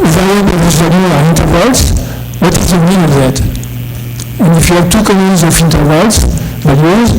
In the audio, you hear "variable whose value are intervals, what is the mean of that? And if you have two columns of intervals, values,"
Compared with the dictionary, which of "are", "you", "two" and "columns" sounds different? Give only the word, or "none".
columns